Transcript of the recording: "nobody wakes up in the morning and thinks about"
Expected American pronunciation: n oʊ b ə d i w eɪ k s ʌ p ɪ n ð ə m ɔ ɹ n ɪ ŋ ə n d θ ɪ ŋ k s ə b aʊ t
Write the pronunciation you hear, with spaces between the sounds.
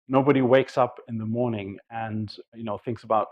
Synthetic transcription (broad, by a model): n oʊ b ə d i w eɪ k s ʌ p ɪ n ð ə m ɔ ɹ n ɪ ŋ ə n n θ ɪ ŋ k s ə b aʊ t